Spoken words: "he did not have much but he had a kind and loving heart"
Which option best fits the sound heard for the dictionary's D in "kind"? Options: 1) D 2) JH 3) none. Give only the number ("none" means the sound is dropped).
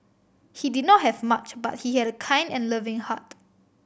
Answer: 1